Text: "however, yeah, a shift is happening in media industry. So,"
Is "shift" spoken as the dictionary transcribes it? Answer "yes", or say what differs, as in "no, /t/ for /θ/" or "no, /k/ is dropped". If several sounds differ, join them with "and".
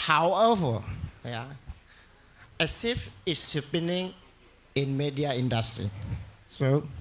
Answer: no, /s/ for /ʃ/ and /t/ is dropped